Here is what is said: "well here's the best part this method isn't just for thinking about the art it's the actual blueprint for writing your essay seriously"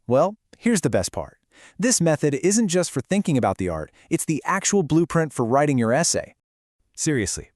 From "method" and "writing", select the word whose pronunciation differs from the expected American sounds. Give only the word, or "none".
none